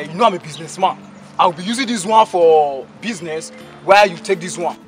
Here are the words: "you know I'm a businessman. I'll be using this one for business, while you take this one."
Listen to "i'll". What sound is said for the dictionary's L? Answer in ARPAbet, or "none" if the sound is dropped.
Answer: W